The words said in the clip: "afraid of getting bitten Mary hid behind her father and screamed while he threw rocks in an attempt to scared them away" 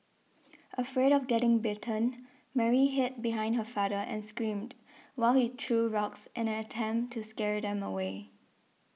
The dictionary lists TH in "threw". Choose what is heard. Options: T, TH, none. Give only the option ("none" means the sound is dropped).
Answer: T